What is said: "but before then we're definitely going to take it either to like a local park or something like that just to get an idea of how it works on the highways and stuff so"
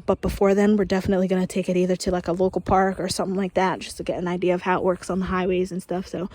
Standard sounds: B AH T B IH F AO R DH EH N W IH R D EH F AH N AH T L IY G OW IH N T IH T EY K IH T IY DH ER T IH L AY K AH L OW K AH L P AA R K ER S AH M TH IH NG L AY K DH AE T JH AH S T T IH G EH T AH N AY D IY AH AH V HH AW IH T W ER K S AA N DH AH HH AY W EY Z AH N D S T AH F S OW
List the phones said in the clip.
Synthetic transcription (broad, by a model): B AH T B IH F AO R DH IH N W IH R D EH F AH N AH T L IY G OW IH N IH T EY K IH T IY DH ER T IH L AY K AH L OW K L P AA R K ER S AH M TH IH NG L AY K DH AE T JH AH S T T IH G EH T AH N AY D IY AH AH V HH AW IH T W ER K S N DH AH HH AY W EY Z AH N S T AH F S OW